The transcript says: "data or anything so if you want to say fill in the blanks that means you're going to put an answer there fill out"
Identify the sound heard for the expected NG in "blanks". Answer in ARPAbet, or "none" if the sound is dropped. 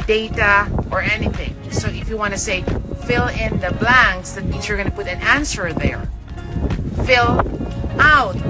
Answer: NG